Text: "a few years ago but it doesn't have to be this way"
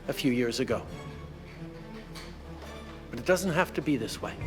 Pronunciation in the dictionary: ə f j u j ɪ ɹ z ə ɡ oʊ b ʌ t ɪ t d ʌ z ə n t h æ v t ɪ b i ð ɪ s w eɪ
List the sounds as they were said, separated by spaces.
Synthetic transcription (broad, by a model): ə f j u j ɪ ɹ z ə ɡ oʊ b ʌ t ɪ t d ʌ z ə n t h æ f t ɪ b i ð ɪ s w eɪ